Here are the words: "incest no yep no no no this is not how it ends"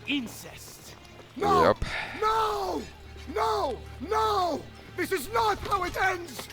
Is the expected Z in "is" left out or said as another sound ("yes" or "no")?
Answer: no